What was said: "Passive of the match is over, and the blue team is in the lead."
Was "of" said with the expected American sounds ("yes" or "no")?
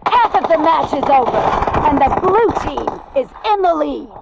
yes